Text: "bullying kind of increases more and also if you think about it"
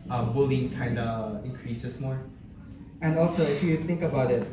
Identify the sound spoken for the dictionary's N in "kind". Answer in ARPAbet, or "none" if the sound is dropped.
N